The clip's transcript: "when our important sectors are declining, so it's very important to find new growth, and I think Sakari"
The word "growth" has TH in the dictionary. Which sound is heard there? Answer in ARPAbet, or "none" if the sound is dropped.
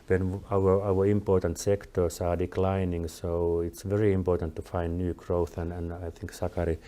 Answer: TH